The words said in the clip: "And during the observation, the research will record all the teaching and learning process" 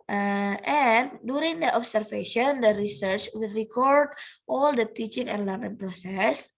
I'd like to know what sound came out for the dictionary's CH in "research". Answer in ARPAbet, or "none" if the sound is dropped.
CH